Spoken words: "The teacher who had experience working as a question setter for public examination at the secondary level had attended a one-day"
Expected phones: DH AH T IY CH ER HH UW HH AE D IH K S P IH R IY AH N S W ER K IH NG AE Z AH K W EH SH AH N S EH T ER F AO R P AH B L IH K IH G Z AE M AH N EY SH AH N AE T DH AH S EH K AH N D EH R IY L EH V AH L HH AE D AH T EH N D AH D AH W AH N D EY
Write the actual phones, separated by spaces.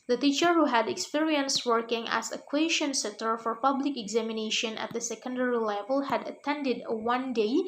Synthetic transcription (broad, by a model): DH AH T IY CH ER HH UW HH AE D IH K S P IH R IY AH N S W ER K IH NG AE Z AH K W EH SH AH N S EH T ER F AO R P AH B L IH K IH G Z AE M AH N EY SH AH N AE T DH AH S EH K AH N D EH R IY L EH V AH L HH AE D AH T EH N D AH D AH W AH N D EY